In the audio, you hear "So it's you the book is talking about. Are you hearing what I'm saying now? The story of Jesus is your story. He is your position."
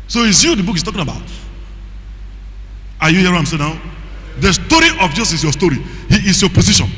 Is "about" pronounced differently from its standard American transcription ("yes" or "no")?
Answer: no